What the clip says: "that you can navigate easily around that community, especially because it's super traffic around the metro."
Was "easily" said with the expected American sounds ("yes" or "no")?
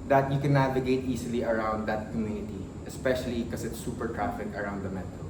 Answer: no